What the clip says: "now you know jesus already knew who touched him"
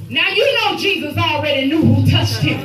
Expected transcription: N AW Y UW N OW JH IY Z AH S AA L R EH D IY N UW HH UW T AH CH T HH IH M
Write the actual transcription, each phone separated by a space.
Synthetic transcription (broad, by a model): N AW Y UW N OW JH IY Z AH S AA L R EH D IY N UW HH UW T AH CH T HH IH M